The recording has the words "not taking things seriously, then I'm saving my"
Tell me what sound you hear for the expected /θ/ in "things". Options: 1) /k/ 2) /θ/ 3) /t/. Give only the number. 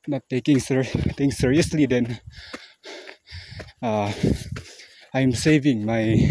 3